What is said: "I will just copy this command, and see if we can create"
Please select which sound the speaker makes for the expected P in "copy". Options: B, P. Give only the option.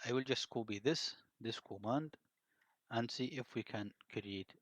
B